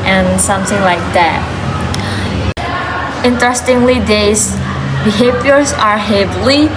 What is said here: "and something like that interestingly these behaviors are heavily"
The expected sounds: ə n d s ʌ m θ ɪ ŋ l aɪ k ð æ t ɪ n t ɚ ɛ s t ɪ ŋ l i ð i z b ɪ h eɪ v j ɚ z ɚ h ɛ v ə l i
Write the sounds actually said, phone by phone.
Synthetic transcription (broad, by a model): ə n s ʌ m θ ɪ ŋ l aɪ k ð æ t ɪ n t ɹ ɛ s t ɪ ŋ l i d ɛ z h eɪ p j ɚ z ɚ h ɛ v l i